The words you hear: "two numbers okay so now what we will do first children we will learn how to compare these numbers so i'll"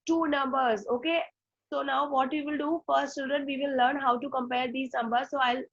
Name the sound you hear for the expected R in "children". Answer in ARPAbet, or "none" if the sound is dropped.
none